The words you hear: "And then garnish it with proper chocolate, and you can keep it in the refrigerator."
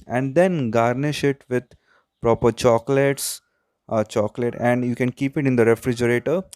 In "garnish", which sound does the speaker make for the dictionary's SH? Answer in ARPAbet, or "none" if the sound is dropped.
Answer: SH